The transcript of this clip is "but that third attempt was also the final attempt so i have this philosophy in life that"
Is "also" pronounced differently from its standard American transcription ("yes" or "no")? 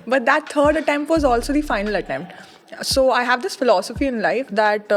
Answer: no